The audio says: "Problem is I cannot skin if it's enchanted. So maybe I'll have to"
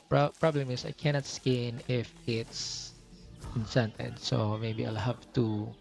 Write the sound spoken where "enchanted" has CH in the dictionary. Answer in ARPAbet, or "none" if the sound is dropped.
S